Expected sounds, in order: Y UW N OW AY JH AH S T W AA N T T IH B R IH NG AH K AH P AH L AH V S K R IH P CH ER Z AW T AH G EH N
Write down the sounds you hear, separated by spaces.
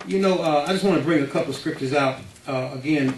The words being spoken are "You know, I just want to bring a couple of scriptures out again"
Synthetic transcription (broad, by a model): Y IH N OW AY JH AH S T W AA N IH B R IH NG AH K AH P L AH V S K R IH P CH ER Z AW T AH G EH N